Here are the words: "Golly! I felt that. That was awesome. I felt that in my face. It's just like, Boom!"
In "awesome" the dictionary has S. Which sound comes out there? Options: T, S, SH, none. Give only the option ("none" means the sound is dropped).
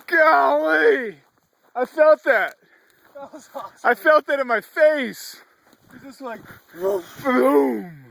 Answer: none